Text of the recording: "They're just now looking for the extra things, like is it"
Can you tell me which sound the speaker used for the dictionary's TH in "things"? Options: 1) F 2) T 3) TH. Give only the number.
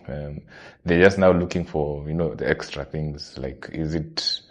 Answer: 3